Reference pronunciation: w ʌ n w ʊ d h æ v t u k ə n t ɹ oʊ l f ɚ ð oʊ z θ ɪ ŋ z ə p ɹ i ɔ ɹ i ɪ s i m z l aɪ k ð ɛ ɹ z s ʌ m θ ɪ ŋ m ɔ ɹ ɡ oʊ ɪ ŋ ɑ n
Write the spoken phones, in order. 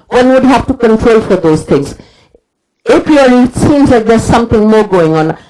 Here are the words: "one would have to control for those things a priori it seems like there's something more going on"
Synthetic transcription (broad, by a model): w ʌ n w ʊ d h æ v t u k ə n t ɹ oʊ l f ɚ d oʊ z t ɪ ŋ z ə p i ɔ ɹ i s i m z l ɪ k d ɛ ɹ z s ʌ m t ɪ ŋ m ɔ ɹ ɡ oʊ ɪ ŋ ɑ n